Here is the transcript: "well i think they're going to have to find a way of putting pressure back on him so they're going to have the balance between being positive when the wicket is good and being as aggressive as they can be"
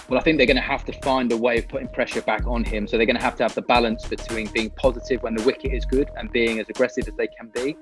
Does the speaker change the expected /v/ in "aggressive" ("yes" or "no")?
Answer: no